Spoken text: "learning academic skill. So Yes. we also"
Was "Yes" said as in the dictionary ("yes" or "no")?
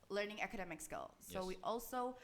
no